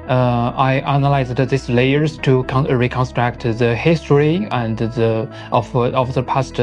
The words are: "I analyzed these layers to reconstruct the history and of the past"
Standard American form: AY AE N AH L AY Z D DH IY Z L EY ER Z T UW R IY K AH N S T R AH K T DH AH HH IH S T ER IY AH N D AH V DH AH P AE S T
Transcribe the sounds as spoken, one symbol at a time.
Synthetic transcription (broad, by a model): AY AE N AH L AY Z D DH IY S L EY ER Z T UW R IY K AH N S T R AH K T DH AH HH IH S T ER IY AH N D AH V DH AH P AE S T